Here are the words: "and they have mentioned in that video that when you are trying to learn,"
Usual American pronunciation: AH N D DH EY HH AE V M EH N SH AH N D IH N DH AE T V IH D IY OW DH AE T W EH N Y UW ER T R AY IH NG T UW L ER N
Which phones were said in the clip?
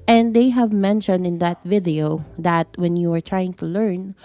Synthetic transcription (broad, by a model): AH N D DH EY HH AE V M EH N SH AH N D IH N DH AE T V IH D IY OW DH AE T W EH N Y UW ER T R AY IH NG T UW L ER N